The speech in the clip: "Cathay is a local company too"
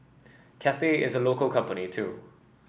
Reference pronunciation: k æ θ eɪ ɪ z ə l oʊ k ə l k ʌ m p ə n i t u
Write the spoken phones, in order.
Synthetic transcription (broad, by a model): k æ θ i ɪ z ə l oʊ k ə l k ʌ m p ə n i t u